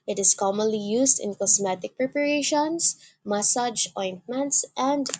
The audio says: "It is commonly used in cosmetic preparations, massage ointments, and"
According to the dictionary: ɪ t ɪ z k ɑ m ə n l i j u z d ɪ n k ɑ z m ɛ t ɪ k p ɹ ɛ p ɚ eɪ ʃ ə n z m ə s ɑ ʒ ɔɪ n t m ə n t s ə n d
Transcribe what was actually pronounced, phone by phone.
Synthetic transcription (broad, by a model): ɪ t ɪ s k ɑ m ə n l i j u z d ɪ n k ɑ s m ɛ t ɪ k p ɹ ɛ p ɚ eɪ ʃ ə n s m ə s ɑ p ɔɪ n t m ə n t s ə n d